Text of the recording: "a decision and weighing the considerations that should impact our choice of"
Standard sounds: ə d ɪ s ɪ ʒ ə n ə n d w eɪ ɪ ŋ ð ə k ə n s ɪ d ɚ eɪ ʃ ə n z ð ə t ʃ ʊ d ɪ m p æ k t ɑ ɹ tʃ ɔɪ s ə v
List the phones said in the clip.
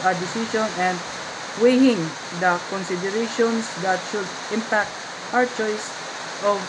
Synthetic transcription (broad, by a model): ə d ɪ s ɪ ʃ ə n ə n d w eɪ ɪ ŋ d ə k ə n s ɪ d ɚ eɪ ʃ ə n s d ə t ʃ ʊ d ɪ m p æ k t ɑ ɹ tʃ ɔɪ s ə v